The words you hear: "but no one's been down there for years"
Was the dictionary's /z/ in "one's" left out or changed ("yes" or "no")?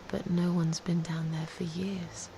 no